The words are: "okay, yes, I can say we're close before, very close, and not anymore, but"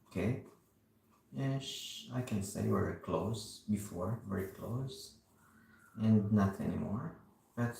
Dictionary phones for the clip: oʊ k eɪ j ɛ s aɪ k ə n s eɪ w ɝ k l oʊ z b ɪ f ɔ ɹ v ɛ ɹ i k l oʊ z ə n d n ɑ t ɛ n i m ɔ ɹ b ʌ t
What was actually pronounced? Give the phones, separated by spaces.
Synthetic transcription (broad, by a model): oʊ k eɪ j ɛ ʃ aɪ k ə n s eɪ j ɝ k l oʊ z b ɪ f ɔ ɹ v ɛ ɹ i k l oʊ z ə n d n ɑ t ɛ n i m ɔ ɹ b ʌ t